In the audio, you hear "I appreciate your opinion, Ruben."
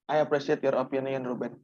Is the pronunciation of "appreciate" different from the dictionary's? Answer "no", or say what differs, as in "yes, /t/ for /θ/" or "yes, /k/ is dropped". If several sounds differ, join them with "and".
yes, /s/ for /ʃ/